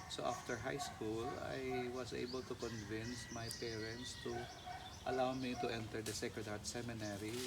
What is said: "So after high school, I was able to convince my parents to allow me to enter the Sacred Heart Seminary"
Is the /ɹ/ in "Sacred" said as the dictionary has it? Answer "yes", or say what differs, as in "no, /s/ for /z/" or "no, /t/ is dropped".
no, /ɹ/ is dropped